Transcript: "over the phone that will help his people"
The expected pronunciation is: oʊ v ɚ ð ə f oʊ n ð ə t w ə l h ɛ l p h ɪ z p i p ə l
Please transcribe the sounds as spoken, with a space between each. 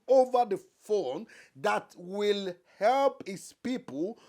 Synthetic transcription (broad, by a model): oʊ v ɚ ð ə f oʊ n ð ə t w ə l h ɛ l p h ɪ s p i p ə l